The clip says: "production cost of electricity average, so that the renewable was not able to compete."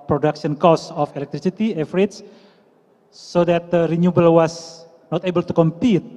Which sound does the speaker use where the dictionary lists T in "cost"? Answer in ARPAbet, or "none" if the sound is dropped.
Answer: none